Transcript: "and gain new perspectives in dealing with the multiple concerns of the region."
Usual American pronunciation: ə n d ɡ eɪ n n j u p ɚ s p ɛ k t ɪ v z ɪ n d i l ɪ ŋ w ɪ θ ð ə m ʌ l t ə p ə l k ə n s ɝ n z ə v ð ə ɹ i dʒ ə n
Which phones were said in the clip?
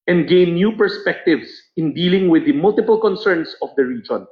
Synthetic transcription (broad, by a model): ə n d ɡ eɪ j n j u p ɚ s p ɛ k t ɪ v s ɪ n d i l ɪ ŋ w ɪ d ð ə m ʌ l t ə p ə l k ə n s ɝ n s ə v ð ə ɹ i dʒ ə n